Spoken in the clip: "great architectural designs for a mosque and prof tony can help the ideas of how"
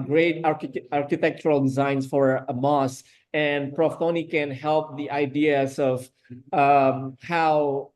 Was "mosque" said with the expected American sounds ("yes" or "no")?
no